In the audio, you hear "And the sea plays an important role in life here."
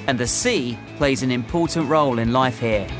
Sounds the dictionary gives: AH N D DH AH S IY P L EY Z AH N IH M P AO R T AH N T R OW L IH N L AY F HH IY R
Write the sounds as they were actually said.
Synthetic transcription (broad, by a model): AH N DH AH S IY P L EY Z AH N IH M P AO T N T R OW L IH N L AY F HH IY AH